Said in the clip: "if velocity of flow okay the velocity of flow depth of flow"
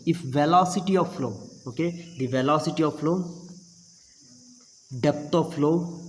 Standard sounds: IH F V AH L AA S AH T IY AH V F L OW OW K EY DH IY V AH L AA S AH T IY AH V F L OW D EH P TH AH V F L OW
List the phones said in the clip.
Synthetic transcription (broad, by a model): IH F V AH L AA S AH T IY AH V F L OW OW K EY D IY V AH L AA S AH T IY AH V F L OW D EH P T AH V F L OW